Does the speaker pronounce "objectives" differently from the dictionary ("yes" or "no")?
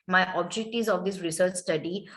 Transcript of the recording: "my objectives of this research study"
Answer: yes